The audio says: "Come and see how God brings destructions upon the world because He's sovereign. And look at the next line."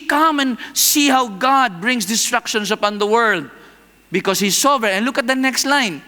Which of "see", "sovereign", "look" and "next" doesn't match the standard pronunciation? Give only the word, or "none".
sovereign